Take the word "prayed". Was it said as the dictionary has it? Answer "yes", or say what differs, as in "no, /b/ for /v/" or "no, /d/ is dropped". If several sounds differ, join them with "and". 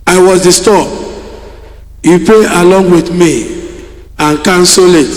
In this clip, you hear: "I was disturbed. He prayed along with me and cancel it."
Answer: no, /ɹ/ is dropped and /d/ is dropped